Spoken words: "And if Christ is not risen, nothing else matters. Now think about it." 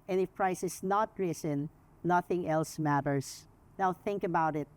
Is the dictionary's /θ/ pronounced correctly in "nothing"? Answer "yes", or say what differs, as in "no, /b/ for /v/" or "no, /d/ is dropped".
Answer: yes